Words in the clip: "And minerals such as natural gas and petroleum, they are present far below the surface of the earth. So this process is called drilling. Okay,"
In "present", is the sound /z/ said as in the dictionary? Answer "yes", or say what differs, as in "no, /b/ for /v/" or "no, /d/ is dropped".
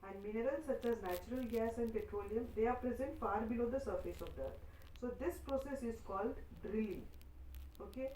yes